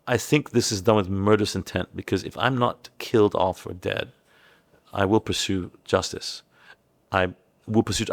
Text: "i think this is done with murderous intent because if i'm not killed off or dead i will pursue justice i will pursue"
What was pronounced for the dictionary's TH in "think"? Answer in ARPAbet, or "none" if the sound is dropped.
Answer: TH